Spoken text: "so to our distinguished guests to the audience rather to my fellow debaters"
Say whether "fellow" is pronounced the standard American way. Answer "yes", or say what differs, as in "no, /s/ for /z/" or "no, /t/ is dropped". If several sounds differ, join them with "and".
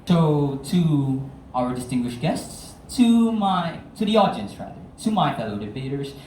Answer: yes